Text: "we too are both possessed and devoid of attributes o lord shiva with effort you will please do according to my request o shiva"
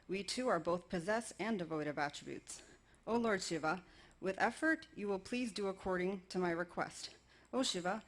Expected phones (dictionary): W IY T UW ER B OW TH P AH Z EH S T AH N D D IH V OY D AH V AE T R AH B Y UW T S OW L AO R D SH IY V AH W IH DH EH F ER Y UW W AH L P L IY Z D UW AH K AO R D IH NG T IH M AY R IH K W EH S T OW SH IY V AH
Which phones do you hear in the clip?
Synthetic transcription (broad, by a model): W IY T UW ER B OW TH P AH Z EH S AH N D D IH V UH D AH V AE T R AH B Y UW T S OW L AO R D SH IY V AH W IH DH EH F ER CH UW W AH L P L IY Z D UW AH K AO R D IH NG T IH M AY R IH K W EH S T OW SH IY V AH